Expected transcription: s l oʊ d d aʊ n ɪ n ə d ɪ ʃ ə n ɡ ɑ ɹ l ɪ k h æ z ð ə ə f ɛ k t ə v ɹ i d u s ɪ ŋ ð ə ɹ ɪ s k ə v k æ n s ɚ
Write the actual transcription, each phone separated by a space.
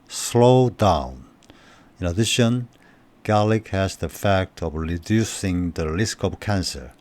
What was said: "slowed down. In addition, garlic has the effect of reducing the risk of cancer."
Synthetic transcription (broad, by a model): s l oʊ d d aʊ n ɪ n ə d ɪ ʃ ə n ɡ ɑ l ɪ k h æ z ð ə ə f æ k t ə v ɹ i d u s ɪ ŋ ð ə l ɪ s k ə v k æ n s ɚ